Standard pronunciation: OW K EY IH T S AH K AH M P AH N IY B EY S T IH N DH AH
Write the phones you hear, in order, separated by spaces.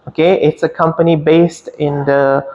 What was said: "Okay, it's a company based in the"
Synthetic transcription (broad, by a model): OW K EY IH T S AH K AH M P AH N IY B EY S T IH N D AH